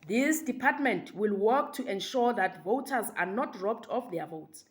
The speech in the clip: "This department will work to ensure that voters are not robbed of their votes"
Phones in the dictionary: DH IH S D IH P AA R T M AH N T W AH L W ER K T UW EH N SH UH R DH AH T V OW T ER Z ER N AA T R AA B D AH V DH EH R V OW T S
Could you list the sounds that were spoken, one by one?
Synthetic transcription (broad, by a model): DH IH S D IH P AA T M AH N T W AH L W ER K T UW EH N SH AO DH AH T V OW T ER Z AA N AA T R AA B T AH F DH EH V OW T S